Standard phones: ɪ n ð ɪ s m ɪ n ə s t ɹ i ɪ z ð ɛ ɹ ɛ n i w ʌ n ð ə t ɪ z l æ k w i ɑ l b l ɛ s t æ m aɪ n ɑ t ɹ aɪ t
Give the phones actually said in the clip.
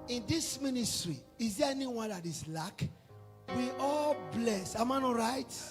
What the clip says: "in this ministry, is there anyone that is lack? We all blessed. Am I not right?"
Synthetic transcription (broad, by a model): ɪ n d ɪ s m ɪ n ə s t ɹ i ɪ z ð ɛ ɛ n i w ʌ n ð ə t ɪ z l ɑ k w i ɑ l b l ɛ s ɑ m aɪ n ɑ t ɹ aɪ t